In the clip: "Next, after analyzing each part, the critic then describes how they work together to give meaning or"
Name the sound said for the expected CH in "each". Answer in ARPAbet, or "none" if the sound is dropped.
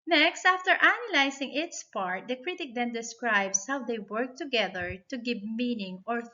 S